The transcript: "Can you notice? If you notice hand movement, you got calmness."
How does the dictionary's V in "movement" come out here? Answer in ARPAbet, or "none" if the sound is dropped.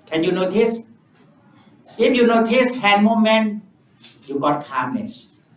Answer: none